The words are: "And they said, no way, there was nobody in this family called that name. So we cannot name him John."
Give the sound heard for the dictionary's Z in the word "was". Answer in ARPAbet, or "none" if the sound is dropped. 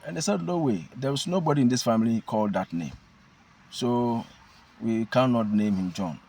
S